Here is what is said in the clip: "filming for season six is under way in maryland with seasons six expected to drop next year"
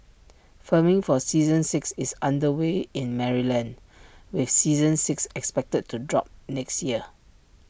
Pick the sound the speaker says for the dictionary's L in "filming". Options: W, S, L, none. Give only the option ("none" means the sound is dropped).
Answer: none